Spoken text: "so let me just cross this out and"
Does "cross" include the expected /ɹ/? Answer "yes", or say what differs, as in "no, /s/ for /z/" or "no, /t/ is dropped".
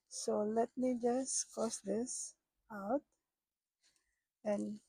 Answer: no, /ɹ/ is dropped